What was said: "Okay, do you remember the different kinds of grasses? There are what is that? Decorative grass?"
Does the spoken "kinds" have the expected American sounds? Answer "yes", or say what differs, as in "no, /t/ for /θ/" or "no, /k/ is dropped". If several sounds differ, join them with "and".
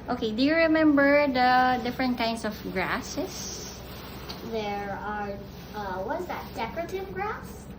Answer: no, /s/ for /z/